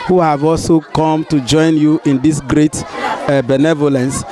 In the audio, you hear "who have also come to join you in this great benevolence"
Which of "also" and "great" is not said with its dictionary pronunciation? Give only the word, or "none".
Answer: none